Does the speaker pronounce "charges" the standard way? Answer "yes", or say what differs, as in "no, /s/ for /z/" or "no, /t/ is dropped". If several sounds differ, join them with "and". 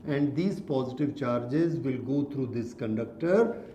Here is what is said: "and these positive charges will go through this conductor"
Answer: yes